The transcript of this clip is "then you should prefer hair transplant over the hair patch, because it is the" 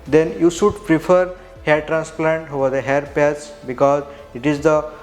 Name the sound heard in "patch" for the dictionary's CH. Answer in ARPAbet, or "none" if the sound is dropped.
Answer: S